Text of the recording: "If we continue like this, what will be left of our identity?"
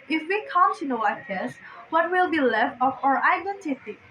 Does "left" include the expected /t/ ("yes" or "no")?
yes